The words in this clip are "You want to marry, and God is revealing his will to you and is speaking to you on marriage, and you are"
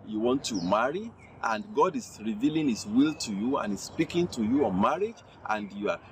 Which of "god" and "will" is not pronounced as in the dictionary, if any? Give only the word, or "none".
none